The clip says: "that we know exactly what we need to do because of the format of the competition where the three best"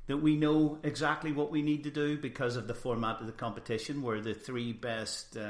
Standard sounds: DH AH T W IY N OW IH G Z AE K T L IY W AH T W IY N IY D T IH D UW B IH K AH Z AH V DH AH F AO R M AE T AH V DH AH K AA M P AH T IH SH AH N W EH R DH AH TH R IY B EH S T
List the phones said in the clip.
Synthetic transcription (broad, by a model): DH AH T W IY N OW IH G Z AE K T L IY W AH T W IY N IY D T IH D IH B IH K AH Z AH V DH AH F AO R M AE T AH V DH AH K AA M P AH T IH SH AH N W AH R DH AH TH R IY B EH S T